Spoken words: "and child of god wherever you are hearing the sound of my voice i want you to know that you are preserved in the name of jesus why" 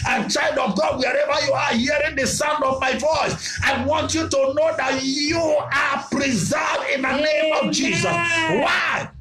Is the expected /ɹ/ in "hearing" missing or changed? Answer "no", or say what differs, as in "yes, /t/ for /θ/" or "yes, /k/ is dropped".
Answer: no